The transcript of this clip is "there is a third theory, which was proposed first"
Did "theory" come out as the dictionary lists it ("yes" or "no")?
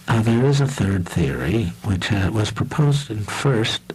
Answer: yes